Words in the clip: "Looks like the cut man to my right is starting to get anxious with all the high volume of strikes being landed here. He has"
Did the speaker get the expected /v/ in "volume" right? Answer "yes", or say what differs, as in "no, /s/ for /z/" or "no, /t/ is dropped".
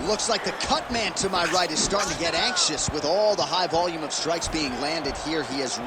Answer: yes